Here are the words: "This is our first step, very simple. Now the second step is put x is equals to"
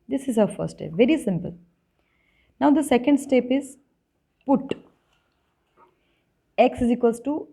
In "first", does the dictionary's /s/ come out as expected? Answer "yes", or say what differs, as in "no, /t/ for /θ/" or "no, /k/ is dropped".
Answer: no, /s/ is dropped